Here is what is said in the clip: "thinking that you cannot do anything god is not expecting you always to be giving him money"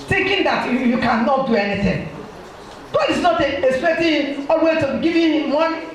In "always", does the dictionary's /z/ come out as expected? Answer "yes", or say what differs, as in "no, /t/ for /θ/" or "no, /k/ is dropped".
no, /z/ is dropped